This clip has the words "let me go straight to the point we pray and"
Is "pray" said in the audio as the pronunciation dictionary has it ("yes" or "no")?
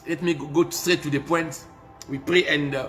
yes